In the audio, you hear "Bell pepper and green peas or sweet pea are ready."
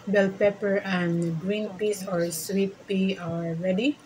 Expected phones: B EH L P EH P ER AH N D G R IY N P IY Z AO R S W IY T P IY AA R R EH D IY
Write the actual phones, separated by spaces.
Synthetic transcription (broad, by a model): B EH L P EH P ER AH N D G R IY N P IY S AO R S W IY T P IY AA L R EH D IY